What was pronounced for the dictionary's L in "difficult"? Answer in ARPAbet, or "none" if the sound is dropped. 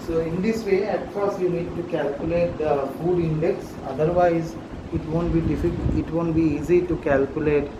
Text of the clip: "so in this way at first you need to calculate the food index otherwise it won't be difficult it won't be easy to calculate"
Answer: none